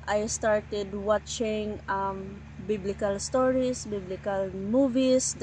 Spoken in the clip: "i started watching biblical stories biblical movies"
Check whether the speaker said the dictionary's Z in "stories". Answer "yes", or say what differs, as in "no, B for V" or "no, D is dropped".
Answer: no, S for Z